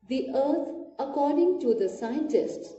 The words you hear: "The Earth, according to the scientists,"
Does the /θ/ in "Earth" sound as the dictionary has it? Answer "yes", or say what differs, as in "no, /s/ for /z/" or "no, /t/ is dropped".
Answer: no, /t/ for /θ/